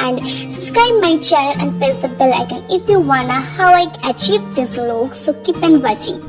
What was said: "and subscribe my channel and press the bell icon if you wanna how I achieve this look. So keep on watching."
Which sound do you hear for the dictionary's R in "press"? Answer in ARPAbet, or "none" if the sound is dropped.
none